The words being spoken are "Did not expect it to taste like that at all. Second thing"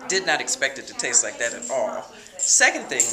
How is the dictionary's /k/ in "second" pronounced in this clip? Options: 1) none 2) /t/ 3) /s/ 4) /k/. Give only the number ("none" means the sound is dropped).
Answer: 4